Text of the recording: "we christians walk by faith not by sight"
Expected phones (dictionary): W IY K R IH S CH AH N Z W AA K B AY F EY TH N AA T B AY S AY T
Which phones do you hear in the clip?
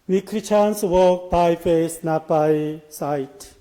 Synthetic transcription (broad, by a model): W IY K R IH CH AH N S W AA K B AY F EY S N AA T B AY S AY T